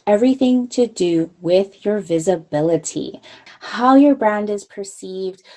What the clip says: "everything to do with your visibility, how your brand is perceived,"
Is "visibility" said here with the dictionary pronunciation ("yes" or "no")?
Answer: yes